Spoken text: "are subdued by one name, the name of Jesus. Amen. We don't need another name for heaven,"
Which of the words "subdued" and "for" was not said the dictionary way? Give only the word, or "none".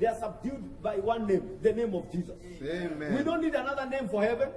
none